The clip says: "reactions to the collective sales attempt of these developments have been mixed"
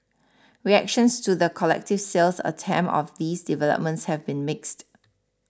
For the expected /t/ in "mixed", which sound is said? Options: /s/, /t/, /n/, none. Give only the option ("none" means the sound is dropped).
/t/